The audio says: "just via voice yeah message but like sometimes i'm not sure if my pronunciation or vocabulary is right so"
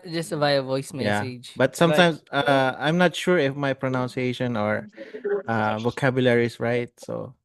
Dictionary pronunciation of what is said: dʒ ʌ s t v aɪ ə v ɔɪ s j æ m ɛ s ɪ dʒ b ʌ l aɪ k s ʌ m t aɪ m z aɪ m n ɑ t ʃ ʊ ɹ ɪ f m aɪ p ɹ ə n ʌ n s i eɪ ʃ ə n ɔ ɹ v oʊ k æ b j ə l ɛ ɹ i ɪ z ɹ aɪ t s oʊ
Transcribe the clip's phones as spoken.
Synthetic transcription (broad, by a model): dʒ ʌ s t v aɪ ə v ɔɪ s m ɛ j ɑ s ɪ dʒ b ʌ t s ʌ m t aɪ m s aɪ m n ɑ t ʃ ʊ ɹ ɪ f m aɪ p ɹ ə n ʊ n s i eɪ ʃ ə n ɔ ɹ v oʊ k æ b j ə l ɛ ɹ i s ɹ aɪ t s oʊ